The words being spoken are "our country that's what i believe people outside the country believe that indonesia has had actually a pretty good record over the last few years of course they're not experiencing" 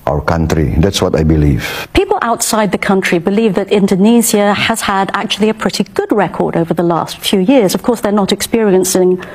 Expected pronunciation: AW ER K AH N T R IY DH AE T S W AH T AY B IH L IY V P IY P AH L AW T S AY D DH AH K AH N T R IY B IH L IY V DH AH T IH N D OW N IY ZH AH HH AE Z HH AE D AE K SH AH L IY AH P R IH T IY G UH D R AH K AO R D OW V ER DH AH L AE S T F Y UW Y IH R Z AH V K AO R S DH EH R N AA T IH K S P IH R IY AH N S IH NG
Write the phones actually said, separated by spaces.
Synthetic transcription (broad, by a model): AW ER K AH N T R IY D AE T S W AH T AY B IH L IY V P IY P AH L AW T S AY D DH AH K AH N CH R IY B IH L IY V DH AH T IH N D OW N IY Z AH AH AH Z HH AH D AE K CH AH L IY AH P R IH T IY G UH D R AH K AO R D OW V ER DH AH L AE S T F Y UW Y IH R Z AH V K AO R S DH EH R N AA T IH K S P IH R IY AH N S IH NG